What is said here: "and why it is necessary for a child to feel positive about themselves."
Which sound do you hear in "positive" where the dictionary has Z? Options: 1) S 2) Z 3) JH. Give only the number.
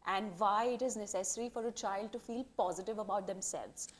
2